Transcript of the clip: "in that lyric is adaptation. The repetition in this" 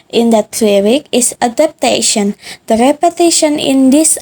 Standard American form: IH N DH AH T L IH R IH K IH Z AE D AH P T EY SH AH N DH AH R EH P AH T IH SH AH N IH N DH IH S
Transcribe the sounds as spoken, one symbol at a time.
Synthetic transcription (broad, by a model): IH N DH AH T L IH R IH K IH S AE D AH P T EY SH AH N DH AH R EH P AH T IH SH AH N IH N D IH S